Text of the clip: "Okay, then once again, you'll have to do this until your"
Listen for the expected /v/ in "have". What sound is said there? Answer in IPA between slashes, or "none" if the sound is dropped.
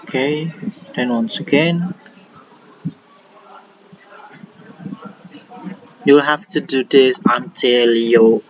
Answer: /f/